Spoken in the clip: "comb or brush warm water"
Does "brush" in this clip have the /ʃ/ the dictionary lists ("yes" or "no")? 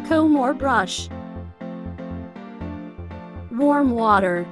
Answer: yes